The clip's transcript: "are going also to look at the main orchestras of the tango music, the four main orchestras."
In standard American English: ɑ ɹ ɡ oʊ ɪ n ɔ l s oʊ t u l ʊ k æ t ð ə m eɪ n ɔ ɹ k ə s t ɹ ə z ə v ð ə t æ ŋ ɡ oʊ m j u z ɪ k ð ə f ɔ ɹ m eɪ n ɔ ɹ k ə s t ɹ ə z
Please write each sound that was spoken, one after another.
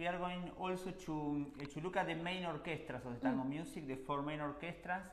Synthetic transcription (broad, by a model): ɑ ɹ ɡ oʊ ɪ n ɔ l s oʊ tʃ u l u k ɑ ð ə m eɪ n ɔ ɹ k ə s t ɹ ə s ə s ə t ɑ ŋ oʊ m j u s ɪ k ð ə f ɔ ɹ m eɪ n ɔ ɹ k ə s t ɹ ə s